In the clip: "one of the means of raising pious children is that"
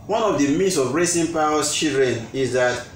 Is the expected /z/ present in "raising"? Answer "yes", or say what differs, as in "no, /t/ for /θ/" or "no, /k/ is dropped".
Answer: no, /s/ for /z/